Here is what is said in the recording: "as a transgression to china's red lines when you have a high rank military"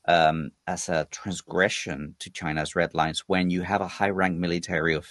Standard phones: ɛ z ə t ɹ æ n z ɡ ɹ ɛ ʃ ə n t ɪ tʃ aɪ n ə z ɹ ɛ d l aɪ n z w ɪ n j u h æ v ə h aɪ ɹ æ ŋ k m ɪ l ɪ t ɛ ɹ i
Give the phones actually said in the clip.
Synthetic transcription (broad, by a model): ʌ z ə t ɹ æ n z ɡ ɹ ɛ ʃ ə n t ɪ tʃ aɪ n ə z ɹ ɛ d l aɪ n z w ɪ n j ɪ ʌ v ə h aɪ ɹ æ ŋ k m ɪ l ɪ t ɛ ɹ i